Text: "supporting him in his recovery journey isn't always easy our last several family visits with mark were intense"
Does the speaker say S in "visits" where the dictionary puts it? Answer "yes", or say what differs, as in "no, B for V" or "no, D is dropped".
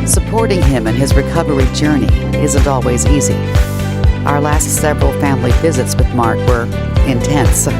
yes